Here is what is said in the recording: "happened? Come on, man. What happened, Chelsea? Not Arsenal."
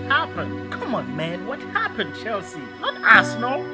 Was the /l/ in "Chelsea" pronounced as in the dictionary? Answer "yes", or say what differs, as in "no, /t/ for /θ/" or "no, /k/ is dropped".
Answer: yes